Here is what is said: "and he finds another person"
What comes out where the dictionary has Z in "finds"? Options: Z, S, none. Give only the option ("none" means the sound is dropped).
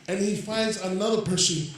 Z